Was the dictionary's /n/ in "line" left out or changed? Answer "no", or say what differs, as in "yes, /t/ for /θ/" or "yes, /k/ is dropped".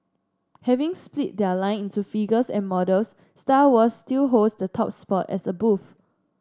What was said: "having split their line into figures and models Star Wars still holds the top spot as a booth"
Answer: no